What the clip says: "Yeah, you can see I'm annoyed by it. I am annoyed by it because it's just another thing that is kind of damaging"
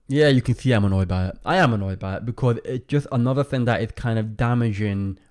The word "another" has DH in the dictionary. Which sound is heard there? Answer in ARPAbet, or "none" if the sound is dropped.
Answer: DH